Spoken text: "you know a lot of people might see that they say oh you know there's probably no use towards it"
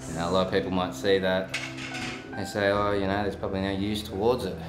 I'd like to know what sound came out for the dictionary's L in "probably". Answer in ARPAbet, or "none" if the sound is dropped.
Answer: L